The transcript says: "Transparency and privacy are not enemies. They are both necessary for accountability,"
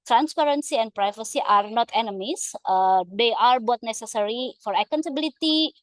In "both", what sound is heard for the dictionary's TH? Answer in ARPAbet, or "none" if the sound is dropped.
T